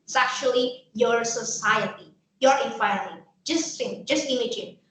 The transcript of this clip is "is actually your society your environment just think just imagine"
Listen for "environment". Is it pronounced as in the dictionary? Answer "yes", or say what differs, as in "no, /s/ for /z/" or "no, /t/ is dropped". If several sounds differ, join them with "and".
no, /f/ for /v/ and /ɹ/ is dropped